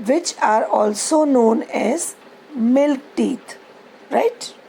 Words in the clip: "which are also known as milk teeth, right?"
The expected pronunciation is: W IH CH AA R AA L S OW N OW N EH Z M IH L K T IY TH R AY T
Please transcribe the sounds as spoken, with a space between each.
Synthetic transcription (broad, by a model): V IH CH AA R AA L S OW N OW N EH Z M IH L K T IY T R AY T